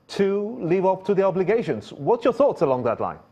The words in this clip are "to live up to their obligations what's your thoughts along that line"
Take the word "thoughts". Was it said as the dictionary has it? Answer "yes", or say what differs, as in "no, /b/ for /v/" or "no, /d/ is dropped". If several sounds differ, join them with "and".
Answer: yes